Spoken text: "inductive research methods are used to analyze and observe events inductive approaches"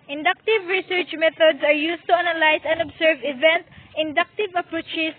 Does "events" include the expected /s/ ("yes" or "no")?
no